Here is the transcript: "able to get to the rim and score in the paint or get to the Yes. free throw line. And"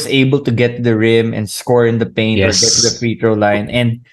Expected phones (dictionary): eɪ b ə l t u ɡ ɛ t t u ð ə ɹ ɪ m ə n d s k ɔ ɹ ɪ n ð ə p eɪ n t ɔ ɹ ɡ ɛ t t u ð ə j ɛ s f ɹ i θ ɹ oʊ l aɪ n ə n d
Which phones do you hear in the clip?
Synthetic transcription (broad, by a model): eɪ b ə l t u ɡ ɛ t t u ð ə ɹ ɪ m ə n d s k ɔ ɹ ɪ n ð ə p eɪ n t ɔ ɹ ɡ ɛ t t u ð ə f ɹ i t ɹ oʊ l aɪ n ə n d